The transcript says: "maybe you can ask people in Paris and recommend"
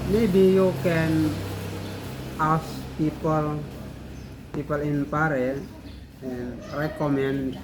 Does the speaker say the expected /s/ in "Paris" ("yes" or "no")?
no